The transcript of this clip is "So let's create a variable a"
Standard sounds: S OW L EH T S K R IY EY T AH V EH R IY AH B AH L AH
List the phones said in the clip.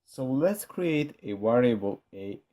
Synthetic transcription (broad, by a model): S OW L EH T S K R IY EY T AH W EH R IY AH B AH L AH